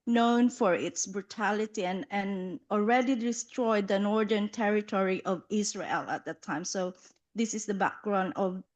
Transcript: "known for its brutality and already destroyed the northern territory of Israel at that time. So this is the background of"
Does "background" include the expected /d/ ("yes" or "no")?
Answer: yes